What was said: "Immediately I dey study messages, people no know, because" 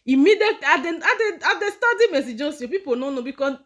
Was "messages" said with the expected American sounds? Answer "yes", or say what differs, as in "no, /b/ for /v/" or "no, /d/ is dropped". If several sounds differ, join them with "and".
no, /s/ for /z/